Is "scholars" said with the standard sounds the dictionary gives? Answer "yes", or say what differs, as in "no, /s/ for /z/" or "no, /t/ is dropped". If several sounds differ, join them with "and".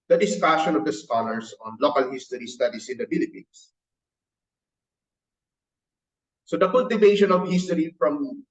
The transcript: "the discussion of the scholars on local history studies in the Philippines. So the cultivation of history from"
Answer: no, /s/ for /z/